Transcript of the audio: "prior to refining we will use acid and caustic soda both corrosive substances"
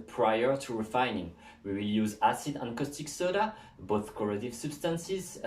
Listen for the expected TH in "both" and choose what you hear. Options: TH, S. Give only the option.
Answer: TH